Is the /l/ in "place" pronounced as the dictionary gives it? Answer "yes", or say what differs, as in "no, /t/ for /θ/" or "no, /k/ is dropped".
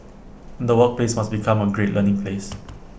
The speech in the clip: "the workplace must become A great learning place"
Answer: yes